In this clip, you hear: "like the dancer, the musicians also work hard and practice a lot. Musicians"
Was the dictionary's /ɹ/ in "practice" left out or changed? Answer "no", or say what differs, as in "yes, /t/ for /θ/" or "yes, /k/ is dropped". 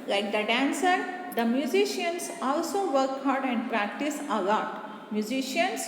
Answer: no